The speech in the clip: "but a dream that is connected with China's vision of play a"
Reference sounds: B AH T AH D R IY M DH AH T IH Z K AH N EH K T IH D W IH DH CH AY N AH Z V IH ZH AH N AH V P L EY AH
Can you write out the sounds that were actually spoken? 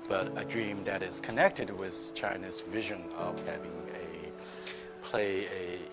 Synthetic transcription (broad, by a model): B AH T AH D R IY M DH AH T IH Z K AH N EH K T IH D W IH DH CH AY N AH Z V IH ZH AH N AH V P L EY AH